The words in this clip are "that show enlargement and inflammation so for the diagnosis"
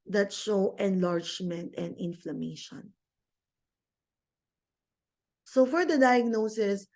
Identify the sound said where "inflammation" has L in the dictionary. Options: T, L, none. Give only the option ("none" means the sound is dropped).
L